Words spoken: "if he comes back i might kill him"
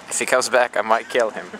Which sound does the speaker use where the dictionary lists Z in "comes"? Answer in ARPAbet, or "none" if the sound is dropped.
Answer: Z